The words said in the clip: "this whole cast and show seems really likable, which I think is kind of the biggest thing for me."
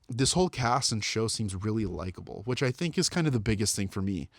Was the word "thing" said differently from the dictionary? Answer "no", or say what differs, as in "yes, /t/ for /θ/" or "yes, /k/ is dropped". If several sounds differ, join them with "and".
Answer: no